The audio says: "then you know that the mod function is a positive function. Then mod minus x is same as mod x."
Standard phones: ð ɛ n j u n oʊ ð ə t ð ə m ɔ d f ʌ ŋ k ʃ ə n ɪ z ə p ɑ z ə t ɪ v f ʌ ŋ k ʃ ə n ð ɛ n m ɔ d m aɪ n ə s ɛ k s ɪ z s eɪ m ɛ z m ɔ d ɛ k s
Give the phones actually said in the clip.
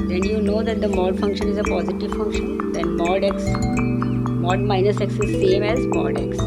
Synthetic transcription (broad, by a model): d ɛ n j u n oʊ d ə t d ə m ɔ d f ʌ ŋ k ʃ ə n ɪ z ə p ɑ z ə t ɪ v f ʌ ŋ k ʃ ə n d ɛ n m ɔ d m aɪ n ə s ɛ k s ɪ z s eɪ m ɛ z m ɔ d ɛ k s